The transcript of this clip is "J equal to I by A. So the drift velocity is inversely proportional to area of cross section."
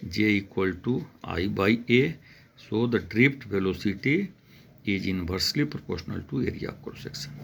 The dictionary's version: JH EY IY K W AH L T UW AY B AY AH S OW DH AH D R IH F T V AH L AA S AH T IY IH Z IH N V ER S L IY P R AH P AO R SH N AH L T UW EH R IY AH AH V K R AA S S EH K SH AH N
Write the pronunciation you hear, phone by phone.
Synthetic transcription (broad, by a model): JH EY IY K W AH L T UW AY B AY AH S OW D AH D R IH P T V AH L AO S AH T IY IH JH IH N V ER S L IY P R AH P AO R SH N AH L T UW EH R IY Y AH K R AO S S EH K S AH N